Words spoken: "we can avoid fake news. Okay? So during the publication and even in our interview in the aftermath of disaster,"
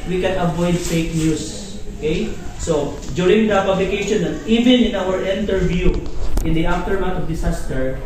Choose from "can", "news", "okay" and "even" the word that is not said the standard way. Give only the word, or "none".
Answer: news